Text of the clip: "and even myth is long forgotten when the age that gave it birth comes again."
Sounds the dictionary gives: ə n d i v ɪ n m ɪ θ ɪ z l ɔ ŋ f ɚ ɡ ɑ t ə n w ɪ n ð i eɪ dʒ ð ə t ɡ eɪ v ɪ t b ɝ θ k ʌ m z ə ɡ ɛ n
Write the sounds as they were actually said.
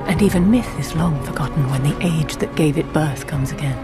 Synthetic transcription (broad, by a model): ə n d i v ɪ n m ɪ θ ɪ z l ɔ ŋ f ɚ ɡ ɑ t n w ɪ n ð i eɪ dʒ ð ə t ɡ eɪ v ɪ t b ɝ θ k ʌ m z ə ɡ ɛ n